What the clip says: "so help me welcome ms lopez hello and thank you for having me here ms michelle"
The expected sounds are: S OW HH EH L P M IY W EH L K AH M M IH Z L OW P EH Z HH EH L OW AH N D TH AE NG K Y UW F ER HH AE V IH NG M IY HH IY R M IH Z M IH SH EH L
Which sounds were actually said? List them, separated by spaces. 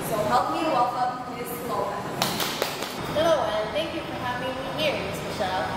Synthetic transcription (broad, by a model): S OW HH EH L P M IY W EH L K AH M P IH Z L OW EH HH EH L OW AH N TH AE NG K Y UW F ER HH AE V IH NG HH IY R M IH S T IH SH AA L